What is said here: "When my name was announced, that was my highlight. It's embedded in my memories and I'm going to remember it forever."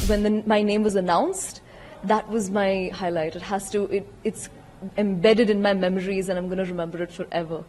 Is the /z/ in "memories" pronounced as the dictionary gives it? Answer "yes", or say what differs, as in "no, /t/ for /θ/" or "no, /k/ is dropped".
yes